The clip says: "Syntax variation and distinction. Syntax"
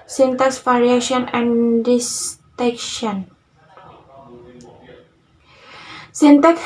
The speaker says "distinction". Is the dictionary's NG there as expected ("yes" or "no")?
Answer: no